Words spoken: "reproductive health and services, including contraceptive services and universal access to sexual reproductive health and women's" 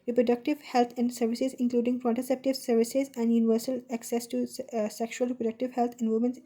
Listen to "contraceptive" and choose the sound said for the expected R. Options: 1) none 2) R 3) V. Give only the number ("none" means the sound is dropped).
1